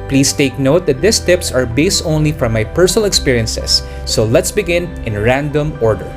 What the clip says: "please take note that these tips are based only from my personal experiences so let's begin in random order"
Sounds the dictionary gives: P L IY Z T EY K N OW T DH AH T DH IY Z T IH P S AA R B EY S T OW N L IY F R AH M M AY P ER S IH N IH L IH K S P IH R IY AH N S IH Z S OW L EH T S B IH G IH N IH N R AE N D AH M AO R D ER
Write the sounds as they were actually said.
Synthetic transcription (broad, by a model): P L IY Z T EY K N OW T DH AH T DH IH S T IH P S AA R B EY S T OW N L IY F R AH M M AY P ER S IH N IH L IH K S P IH R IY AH N S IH S OW L EH T S B IH G IH N IH N R AE N D AH M AO R D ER